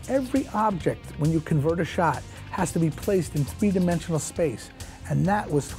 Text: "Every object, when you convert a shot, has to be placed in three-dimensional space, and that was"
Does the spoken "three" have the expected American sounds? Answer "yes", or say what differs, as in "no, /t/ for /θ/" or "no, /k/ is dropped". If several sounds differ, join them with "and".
yes